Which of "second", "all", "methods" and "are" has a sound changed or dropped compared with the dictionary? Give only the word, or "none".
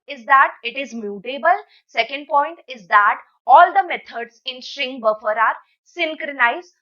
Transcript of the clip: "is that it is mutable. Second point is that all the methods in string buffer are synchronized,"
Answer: methods